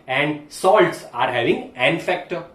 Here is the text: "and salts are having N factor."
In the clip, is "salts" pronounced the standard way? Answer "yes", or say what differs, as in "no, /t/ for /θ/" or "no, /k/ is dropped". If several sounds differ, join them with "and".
yes